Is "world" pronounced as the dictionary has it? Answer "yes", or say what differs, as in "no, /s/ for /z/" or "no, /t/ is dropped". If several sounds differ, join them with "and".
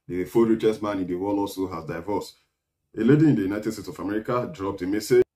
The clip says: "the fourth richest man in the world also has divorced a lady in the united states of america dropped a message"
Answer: no, /d/ is dropped